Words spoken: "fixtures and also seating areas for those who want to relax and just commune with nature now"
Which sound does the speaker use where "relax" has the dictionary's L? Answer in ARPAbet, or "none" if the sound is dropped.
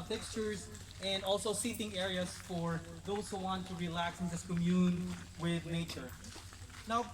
L